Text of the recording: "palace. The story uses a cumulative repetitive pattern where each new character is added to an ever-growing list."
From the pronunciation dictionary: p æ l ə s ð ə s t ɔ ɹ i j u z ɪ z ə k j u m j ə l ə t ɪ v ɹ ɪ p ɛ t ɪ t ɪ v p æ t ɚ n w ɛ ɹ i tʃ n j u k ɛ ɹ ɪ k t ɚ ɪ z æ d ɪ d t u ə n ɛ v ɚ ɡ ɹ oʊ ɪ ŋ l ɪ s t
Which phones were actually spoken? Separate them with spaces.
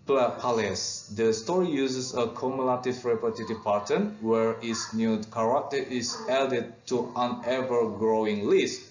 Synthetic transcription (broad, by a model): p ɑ l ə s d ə s t ɔ ɹ i j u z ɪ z ə k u m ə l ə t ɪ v ɹ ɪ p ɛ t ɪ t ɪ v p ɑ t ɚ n w ɛ ɹ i s n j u k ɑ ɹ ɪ t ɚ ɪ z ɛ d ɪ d t u ə n ɛ v ɚ ɡ ɹ oʊ ɪ ŋ l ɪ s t